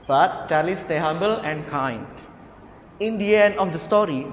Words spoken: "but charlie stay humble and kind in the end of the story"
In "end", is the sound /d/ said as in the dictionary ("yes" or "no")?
no